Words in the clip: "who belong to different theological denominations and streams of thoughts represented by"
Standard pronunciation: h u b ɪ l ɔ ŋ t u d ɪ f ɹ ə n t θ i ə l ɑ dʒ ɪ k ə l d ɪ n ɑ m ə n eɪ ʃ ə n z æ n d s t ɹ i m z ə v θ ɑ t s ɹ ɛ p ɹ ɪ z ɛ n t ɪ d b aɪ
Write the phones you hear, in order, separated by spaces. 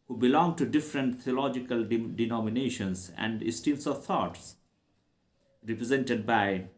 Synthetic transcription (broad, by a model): h u b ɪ l ɔ ŋ t u d ɪ f ɹ ə n t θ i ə l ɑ dʒ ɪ k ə l d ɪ n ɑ m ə n eɪ ʃ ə n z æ n d s t i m s ə v t ɑ t s ɹ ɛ p ɹ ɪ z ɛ n t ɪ d b aɪ